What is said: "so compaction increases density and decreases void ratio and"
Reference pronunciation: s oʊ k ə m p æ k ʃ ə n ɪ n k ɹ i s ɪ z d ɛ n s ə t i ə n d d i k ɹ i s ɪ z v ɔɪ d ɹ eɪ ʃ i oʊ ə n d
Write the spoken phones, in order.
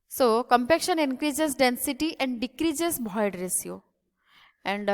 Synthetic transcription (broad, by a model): s oʊ k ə m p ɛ k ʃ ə n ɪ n k ɹ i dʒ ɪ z d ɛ n s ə t i ə n d d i k ɹ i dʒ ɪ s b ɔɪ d ɹ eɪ s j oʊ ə n d